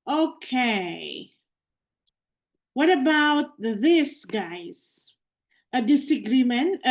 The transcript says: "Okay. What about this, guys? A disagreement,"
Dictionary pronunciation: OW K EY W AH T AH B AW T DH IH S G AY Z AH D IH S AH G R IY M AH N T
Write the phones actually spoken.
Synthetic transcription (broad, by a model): OW K EY W AH T AH B AW T DH IH S G AY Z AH D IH S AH G R IY M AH N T